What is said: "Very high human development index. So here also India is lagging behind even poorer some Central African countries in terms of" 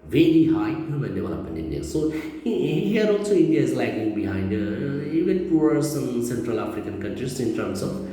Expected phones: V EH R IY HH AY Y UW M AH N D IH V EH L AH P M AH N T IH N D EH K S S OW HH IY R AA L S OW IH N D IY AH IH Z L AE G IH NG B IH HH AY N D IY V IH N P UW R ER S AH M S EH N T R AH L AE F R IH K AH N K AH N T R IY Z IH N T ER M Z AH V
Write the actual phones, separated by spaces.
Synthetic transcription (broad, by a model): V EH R IY HH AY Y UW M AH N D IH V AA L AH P AH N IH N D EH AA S S OW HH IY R AA L S OW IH N D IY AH IH Z L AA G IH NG B IH HH AY N D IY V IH N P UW ER S AH M S EH N T R AH L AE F R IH K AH N K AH N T R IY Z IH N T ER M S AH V